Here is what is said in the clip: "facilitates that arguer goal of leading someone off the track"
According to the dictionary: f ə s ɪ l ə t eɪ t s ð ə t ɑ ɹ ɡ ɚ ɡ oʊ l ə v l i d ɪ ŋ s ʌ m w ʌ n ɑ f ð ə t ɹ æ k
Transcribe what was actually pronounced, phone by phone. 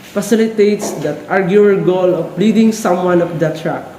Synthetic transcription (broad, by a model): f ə s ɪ l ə t eɪ t s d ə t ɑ ɹ ɡ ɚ ɡ oʊ l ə p l i d ɪ ŋ s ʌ m w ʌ n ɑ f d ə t ɹ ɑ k